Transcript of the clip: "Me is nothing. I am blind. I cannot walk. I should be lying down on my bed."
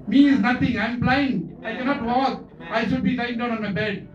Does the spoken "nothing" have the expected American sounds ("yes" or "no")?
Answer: no